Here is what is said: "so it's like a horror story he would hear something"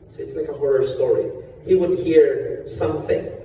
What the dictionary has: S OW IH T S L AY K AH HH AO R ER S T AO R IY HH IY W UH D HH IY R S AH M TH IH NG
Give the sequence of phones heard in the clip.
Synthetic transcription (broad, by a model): S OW IH T S L AY K AH HH AO R ER S T AO R IY HH IY W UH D HH IY R S AH M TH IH NG